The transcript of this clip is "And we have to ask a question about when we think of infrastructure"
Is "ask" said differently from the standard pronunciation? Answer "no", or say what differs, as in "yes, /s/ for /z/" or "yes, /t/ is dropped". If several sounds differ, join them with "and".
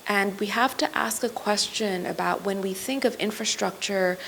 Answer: no